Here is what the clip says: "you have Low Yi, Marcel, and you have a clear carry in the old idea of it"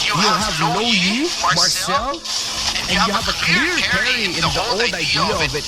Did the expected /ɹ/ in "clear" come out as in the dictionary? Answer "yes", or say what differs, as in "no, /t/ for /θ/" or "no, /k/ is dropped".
yes